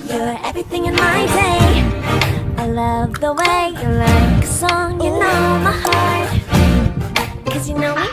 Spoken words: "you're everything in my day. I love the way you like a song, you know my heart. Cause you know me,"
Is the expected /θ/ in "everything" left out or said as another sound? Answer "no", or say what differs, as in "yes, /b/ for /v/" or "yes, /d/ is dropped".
no